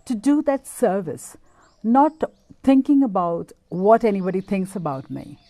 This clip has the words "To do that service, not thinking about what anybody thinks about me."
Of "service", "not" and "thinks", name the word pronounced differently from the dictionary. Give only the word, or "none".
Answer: thinks